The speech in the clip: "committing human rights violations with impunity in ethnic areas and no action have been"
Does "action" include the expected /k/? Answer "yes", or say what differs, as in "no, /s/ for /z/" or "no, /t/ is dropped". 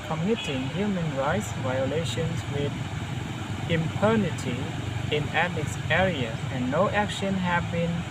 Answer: yes